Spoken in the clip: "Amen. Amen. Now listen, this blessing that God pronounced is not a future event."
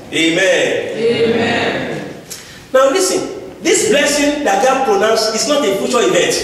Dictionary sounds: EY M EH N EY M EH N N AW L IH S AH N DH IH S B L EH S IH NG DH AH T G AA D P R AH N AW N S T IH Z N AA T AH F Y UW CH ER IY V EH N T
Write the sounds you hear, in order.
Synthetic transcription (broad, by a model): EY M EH N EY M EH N N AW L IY S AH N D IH S B L EH S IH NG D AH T G AA D P R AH N AW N S IH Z N AA T AH F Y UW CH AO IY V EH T